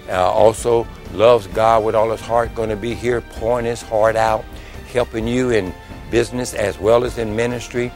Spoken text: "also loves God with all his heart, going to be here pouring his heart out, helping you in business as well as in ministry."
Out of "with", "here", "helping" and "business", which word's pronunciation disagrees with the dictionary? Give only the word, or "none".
none